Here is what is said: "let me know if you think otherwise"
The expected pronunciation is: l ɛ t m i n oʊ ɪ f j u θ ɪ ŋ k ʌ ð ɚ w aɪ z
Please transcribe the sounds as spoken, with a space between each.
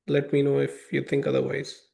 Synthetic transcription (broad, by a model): l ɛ t m i n oʊ ɪ f j u t ɪ ŋ k ʌ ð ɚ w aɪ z